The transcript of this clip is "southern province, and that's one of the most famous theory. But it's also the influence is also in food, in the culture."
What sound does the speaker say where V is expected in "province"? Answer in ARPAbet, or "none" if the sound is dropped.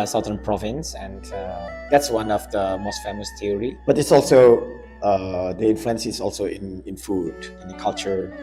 V